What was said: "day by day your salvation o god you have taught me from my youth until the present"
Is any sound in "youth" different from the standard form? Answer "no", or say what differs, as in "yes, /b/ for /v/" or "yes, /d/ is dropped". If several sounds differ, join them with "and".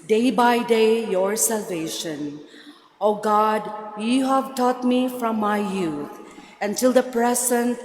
yes, /t/ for /θ/